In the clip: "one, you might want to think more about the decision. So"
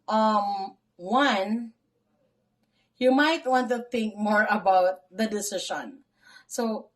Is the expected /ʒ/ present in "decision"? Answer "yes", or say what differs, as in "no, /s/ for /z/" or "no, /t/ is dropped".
no, /ʃ/ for /ʒ/